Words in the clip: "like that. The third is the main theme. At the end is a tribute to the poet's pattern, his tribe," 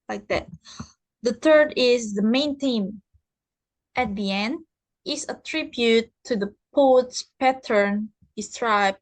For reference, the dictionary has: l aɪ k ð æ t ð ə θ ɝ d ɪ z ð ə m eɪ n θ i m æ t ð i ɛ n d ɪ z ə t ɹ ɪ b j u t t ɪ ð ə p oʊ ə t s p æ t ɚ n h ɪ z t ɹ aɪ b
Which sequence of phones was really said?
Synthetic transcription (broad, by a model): l aɪ k ð æ t ð ə θ ɝ d ɪ z ð ə m eɪ n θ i m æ t ð i ɛ n d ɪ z ə t ɹ ɪ b j u t t ɪ ð ə p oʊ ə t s p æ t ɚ n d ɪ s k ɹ aɪ b